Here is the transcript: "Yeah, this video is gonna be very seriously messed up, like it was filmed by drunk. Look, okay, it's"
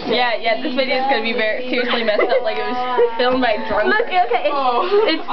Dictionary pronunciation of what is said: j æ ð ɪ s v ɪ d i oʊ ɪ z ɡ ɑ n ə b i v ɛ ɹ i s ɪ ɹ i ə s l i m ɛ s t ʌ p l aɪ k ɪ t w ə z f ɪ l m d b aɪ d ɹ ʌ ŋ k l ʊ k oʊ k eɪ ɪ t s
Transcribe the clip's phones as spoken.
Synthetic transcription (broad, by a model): j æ ð ɪ s v ɪ d i oʊ ɪ z ɡ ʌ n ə b i v ɛ ɹ i s ɪ ɹ i ə s l i m ɛ s t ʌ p l aɪ k ɪ t w ə z f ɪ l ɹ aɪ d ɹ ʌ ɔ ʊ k oʊ k eɪ ɪ t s